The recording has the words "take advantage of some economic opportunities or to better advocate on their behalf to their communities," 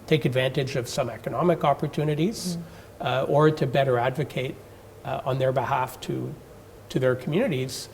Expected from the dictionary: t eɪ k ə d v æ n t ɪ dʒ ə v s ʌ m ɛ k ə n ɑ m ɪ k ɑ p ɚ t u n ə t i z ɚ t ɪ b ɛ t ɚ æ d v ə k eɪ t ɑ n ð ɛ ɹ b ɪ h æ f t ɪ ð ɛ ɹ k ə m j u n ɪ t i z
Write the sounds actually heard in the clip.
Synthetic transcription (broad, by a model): t eɪ k ə d v æ n t ɪ dʒ ə v s ʌ m ɛ k ə n ɑ m ɪ k ɑ p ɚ t u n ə t i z ɚ t ɪ b ɛ t ɚ æ d v ə k eɪ t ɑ n ð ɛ ɹ b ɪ h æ f t ɪ ð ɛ ɹ k m j u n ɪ t i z